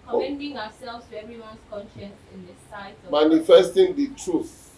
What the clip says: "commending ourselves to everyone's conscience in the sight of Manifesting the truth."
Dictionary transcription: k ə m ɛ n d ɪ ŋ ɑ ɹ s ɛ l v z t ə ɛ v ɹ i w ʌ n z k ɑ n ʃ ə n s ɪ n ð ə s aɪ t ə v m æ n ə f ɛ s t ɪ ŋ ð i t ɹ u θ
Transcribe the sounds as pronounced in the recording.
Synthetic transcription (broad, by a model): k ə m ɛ n d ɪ ŋ ɑ w s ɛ l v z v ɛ ɹ i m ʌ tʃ k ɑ n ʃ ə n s ɪ n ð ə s aɪ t m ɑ n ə f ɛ s t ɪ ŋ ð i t ɹ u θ